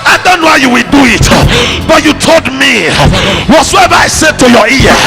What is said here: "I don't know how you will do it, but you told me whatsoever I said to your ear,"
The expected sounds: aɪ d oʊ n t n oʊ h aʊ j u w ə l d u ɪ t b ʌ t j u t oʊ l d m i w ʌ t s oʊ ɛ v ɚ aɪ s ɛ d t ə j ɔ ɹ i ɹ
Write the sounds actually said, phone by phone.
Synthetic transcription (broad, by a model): aɪ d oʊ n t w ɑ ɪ j u w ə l d u ɪ t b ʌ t j u t oʊ l d m i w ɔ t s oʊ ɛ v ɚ aɪ s ɛ d t ə j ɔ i